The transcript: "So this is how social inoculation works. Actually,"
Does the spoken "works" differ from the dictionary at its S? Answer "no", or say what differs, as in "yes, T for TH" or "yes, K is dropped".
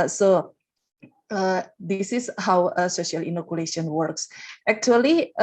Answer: no